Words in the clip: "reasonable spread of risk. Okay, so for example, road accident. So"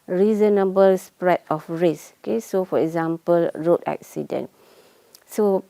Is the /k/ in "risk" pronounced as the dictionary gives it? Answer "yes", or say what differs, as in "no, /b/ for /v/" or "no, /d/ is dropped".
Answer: no, /k/ is dropped